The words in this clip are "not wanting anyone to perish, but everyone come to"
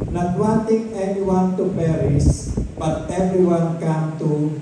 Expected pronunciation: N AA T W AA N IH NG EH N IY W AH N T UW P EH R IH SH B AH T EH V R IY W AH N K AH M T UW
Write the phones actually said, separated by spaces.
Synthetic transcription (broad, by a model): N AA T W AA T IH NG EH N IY W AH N T UW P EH R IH S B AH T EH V R IY W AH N K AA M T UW